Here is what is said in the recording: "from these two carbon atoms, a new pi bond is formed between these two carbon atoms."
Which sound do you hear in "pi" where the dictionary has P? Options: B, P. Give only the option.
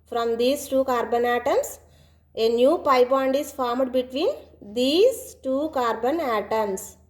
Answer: P